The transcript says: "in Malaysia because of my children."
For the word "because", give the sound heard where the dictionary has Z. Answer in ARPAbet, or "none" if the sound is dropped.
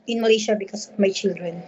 S